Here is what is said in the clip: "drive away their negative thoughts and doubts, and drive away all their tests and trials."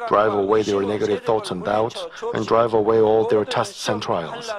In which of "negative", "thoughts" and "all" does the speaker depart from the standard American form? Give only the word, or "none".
none